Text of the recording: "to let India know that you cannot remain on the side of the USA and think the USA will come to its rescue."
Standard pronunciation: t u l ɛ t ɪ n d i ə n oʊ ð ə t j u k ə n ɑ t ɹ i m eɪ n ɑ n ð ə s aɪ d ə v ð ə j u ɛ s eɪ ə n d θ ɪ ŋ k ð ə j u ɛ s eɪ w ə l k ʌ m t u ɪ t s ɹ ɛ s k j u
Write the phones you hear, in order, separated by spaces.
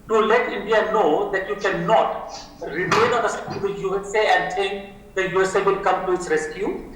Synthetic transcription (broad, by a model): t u l ɛ t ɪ n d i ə n oʊ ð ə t j u k ə n ɑ t ɹ i m eɪ n ɑ n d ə s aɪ ə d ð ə j u ɛ s eɪ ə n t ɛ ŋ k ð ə j u ɛ s eɪ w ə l k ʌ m t u ɪ t s ɹ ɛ s k j u